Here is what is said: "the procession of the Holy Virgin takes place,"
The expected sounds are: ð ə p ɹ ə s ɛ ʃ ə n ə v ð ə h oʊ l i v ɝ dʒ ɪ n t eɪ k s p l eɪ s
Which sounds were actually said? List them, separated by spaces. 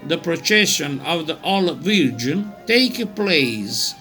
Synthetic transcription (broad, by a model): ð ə p ɹ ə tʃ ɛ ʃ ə n ə v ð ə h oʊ l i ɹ dʒ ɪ n t eɪ k p l eɪ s